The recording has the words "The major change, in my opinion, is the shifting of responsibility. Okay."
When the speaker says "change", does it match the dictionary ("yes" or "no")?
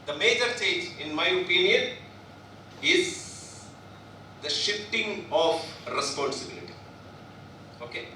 no